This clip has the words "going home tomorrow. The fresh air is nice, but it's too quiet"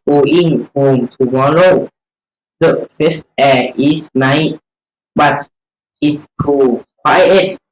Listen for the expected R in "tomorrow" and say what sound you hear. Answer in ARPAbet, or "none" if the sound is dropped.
L